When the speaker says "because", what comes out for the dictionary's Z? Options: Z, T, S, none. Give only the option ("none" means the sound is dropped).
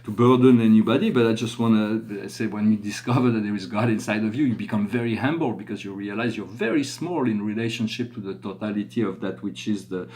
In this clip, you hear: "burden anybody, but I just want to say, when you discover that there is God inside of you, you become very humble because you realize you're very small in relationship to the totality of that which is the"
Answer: Z